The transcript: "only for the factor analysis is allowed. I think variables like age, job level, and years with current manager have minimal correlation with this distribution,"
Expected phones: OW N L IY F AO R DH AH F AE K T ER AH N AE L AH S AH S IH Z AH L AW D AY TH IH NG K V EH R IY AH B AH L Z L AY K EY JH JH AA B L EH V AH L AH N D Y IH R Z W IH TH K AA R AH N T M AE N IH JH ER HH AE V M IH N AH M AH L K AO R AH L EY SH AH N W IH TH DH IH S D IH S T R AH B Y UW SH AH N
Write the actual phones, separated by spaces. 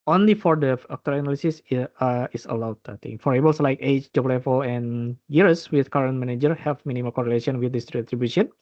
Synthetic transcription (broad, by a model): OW N L IY F AO R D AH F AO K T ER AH N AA L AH S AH S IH S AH L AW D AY T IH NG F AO R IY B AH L S L AY K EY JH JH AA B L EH F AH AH N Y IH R S W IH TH K AA R AH N T M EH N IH JH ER HH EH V M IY N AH M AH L K AO R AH L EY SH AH N W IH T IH S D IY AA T R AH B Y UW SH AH N